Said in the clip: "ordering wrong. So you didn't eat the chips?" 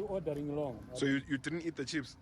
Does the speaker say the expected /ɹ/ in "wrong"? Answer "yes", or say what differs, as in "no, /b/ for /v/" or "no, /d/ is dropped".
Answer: no, /l/ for /ɹ/